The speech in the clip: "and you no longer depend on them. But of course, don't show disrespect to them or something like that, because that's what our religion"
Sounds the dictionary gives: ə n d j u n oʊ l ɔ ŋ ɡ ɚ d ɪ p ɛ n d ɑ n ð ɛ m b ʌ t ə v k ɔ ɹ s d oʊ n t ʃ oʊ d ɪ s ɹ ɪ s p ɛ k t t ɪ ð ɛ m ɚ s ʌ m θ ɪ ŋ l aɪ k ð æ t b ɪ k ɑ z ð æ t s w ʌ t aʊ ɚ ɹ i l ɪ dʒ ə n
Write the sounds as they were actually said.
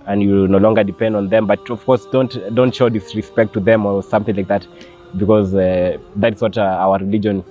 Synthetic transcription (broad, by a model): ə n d j u n oʊ l ɔ ŋ ɡ ɚ d ɪ p ɛ n d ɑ n ð ɛ m b ʌ t ə v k ɔ ɹ s d oʊ n t ʃ oʊ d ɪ s ɹ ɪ s p ɛ k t t ɪ ð ɛ m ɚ s ʌ m θ ɪ ŋ l aɪ k ð æ t b ɪ k ɑ z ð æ t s w ʌ t aʊ ɚ ɹ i l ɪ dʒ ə n